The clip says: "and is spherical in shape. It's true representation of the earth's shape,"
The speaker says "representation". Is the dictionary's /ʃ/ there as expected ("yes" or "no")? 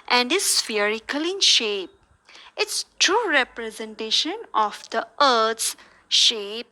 yes